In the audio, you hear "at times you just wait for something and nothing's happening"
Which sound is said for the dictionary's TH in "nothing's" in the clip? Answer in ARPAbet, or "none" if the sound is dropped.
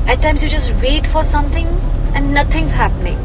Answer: T